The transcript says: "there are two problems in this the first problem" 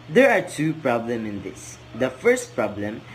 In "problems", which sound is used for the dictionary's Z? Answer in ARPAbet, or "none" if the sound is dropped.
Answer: none